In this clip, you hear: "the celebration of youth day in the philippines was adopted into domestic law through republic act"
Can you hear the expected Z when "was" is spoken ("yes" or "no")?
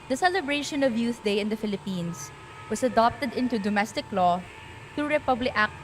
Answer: no